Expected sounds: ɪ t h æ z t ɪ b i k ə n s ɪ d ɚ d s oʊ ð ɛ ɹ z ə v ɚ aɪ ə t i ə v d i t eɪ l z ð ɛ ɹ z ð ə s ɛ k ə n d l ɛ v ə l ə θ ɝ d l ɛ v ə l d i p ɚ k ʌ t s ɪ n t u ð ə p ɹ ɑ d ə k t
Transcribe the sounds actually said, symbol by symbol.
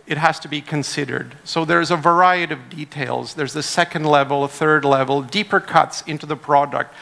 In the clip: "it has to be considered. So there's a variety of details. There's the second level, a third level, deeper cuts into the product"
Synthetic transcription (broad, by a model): ɪ t h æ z t ɪ b i k ə n s ɪ d ɚ d s oʊ ð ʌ ɹ z ə v ɚ aɪ ə t i ə v d i t eɪ l z ð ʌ ɹ z ð ə s ɛ k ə n d l ɛ v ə l ə θ ɝ d l ɛ v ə l d i p ɚ k ʌ t s ɪ n t u ð ə p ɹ ɑ d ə k t